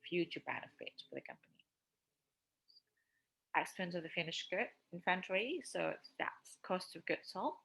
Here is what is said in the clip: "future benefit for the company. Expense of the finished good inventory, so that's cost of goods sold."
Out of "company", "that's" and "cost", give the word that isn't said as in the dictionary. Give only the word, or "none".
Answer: none